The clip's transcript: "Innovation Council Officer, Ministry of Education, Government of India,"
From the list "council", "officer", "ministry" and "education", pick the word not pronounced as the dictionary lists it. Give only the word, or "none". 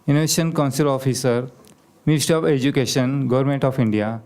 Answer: ministry